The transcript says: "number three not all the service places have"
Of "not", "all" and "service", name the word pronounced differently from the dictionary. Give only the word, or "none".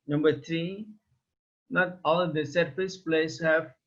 service